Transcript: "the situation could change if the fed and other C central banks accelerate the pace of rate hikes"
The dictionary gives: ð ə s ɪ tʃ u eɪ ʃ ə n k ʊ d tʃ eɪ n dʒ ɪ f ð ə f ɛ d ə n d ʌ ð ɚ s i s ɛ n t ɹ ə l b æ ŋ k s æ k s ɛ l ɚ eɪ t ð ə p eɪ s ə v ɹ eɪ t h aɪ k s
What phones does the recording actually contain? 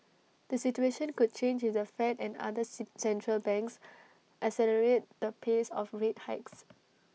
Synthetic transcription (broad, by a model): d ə s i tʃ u eɪ ʃ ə n k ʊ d tʃ eɪ n dʒ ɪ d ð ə f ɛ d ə n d ʌ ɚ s s ɛ n t ɹ ə l b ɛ ŋ k s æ s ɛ l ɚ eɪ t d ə p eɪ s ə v ɹ eɪ t h aɪ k s